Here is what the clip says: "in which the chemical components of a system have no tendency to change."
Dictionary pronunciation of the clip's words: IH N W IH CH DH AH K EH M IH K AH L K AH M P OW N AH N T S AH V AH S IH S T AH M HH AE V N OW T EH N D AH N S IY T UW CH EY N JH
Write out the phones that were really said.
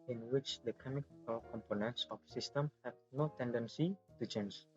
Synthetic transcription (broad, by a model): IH N W IH CH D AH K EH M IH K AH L K AH M P OW N AH N T S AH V S IH S T AH M HH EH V N OW T EH N D AH N S IY T UW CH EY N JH